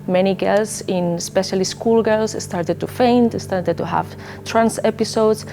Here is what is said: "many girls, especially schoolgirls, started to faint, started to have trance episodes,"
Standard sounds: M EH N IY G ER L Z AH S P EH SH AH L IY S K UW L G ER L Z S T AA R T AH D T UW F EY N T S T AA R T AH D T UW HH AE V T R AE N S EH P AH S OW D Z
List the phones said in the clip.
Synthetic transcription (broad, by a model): M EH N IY G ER L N AH S P EH SH AH L IY S K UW L G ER L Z S T AA R T AH D T UW F EY N T S T AA R T AH D T UW HH AE V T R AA N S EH P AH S OW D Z